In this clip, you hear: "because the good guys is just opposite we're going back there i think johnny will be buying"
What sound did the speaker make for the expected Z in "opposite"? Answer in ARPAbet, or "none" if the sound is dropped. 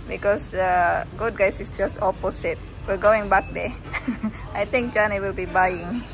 S